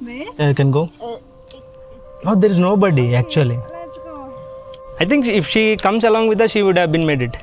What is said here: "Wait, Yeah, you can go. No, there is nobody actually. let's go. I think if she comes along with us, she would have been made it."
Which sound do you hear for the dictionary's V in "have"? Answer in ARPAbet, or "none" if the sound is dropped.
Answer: V